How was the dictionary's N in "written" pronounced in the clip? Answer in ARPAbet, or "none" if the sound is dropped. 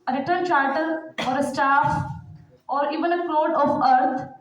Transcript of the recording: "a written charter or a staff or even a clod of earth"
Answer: L